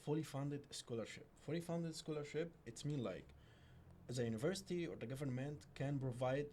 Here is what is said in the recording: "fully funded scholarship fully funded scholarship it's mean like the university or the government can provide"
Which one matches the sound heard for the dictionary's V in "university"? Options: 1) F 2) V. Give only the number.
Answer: 2